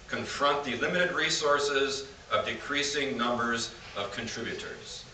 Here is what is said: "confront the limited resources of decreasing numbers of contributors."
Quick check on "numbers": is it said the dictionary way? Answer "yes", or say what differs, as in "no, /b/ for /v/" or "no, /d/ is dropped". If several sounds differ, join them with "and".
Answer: yes